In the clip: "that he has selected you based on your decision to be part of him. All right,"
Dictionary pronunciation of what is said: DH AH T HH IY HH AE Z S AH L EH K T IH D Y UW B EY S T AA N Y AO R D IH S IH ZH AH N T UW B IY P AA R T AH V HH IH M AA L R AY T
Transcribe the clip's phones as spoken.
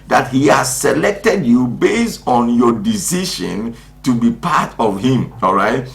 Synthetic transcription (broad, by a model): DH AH T HH IY HH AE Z S AH L EH K T IH D Y UW B EY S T AA N Y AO D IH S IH SH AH N T UW B IY P AA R T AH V HH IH M AA L R AY T